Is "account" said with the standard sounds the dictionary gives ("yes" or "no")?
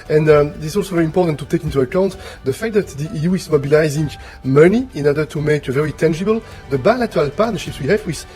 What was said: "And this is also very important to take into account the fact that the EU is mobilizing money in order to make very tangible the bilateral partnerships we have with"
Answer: yes